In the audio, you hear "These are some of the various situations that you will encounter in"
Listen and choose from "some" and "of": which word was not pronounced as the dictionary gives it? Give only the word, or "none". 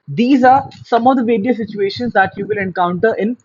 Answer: none